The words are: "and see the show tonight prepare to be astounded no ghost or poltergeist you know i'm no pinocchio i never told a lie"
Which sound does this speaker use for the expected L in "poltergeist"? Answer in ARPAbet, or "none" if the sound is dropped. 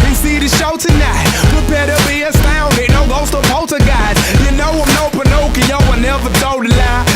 none